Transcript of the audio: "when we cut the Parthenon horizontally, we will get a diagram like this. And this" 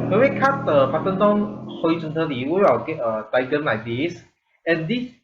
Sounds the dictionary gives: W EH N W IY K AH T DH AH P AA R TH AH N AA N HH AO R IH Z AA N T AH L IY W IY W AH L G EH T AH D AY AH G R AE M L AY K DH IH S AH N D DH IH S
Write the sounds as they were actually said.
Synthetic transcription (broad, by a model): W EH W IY K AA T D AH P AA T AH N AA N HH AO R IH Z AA N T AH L IY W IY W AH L G EH T AH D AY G AH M L AY K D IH S AH N D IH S